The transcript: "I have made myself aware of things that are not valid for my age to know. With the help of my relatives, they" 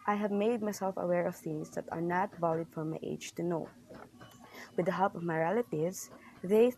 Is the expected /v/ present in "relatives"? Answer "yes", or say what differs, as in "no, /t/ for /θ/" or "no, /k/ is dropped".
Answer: no, /v/ is dropped